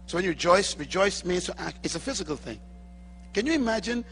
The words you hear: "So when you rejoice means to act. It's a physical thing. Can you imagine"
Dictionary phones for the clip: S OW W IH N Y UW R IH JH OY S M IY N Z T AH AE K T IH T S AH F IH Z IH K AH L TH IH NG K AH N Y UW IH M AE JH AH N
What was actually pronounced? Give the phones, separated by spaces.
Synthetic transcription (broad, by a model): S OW W IH N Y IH R IH JH OY S M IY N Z T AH AE K T IH T S AH F IH Z IH K AH L TH IH NG K AH N Y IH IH M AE JH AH N